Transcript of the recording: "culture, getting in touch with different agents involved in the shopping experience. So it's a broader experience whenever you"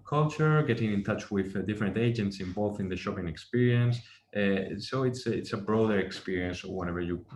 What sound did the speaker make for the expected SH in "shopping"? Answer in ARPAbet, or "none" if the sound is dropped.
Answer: SH